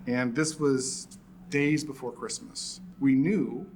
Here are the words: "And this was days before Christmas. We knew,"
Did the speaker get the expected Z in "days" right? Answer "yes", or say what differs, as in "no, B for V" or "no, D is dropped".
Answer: yes